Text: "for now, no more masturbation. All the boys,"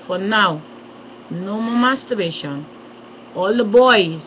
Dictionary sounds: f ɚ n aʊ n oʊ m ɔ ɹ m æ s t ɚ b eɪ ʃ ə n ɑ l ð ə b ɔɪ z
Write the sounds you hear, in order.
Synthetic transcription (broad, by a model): f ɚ n aʊ n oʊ m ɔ l m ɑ s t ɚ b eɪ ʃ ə n ɑ l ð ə b ɔɪ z